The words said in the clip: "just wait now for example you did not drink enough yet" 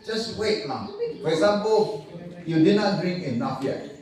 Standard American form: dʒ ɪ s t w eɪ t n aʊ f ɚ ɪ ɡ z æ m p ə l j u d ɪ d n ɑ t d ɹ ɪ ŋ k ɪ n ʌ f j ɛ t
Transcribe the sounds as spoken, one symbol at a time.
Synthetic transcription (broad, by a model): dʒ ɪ s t w eɪ t l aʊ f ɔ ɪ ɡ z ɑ m p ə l j u d ɪ d n ɑ t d ɹ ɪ ŋ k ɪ n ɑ f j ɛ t